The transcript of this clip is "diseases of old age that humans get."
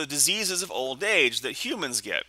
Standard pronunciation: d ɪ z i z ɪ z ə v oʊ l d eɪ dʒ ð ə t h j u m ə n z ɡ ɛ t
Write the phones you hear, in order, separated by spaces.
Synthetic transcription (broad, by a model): d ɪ z i z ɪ z ə v oʊ l d eɪ dʒ ð ə t h j u m ə n z ɡ ɛ t